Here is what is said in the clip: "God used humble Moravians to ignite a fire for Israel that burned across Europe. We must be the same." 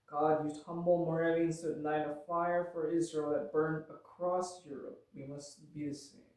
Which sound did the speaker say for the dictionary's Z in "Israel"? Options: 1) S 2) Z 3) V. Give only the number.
2